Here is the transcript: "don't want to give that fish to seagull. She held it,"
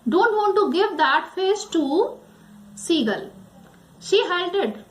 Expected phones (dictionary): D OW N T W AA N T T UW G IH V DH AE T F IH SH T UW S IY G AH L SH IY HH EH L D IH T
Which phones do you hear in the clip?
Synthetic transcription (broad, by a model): D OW N T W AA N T T UW G IH V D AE T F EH S T UW S IY G AH L SH IY HH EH L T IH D